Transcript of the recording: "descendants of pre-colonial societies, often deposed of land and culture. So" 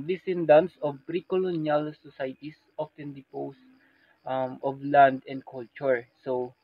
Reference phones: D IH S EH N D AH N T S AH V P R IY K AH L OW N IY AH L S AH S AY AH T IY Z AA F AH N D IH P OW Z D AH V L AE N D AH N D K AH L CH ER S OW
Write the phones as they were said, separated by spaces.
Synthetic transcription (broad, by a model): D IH S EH N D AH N S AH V P R IY K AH L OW N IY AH L S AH S AY T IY S AA F AH N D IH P OW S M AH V L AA N D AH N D K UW L CH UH S OW